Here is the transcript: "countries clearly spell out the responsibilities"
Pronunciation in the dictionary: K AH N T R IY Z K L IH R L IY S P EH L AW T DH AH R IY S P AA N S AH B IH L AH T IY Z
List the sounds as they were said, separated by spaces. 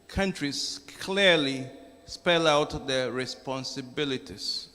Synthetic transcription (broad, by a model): K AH N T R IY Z K L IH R L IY S P EH L AW T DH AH R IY S P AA N S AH B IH L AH T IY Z